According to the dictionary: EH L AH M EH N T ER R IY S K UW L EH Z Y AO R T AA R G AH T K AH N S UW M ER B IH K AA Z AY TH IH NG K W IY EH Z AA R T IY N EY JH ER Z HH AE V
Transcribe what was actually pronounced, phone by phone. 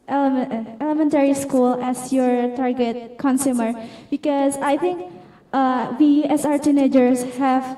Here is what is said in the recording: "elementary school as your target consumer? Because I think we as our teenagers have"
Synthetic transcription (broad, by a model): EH L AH M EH N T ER R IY S K UW L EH S Y AO R T AA R G AH T K AH N S UW M ER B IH K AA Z AY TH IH NG K W IY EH S AA R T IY N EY JH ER S HH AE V